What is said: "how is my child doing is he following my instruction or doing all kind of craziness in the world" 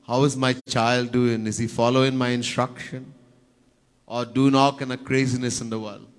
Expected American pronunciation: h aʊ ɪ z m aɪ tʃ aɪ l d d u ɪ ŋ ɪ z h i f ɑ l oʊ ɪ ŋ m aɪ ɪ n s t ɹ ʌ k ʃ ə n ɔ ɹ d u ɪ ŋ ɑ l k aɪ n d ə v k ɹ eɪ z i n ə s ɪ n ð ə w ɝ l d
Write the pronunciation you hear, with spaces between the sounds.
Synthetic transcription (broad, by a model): h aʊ ɪ z m aɪ tʃ aɪ l d d u ɪ ŋ ɪ z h i f ɑ l oʊ ɪ ŋ m aɪ ɪ n s t ɹ ʌ k ʃ ə n ɔ ɹ d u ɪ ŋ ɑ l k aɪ n ə k ɹ eɪ z i n ə s ɪ n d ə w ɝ l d